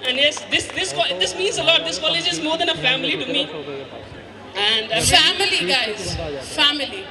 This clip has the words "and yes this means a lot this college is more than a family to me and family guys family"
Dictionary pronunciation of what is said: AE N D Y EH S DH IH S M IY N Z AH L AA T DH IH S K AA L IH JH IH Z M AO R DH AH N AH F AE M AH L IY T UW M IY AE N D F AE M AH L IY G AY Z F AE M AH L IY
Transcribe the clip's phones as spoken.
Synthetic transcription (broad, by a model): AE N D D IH S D IH S M IY N Z AH L AA T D IH S K AA L IH JH IH Z M AO R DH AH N AH F AE M AH L IY T UW M IY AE N D F AE M AH L IY G AY Z F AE M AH L IY